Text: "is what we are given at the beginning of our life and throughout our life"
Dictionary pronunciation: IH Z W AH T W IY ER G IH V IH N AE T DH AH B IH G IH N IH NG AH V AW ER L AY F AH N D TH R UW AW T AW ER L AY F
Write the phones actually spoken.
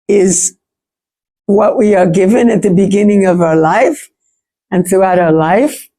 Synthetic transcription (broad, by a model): IH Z W AH T W IY ER G IH V IH N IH T DH AH B IH G IH N IH NG AH V AW ER L AY F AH N TH R UW AW T AW ER L AY F